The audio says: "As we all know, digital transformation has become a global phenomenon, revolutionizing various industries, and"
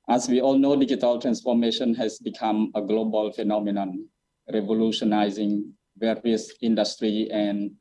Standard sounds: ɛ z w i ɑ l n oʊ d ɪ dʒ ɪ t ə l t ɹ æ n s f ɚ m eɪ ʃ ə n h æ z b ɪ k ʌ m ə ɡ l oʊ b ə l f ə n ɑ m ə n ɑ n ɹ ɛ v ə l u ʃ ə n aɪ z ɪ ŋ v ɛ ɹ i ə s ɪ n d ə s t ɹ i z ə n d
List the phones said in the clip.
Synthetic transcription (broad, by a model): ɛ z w i ɑ l n oʊ d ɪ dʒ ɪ t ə l t ɹ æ n s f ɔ m eɪ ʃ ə n h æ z b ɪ k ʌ m ə ɡ l oʊ b ə l f ə n ɑ m ə n ɑ n ɹ ɛ v ə l u ʃ ə n aɪ z ɪ ŋ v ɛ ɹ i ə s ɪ n d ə s t ɹ i ə n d